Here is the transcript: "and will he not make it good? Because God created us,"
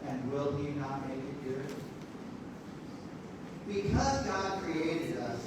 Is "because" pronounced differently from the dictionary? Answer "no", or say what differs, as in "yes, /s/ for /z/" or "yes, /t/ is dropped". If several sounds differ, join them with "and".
no